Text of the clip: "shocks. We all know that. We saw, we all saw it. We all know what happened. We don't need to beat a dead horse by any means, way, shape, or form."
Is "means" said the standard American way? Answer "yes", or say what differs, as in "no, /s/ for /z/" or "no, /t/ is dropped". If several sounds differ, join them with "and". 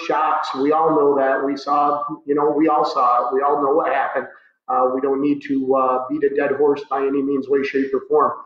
yes